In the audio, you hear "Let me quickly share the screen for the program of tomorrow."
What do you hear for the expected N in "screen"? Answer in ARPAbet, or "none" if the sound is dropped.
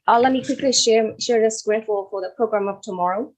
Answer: L